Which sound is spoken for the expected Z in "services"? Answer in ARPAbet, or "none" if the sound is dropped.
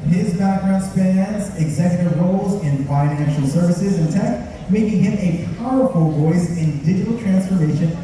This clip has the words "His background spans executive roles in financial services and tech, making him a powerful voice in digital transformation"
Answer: Z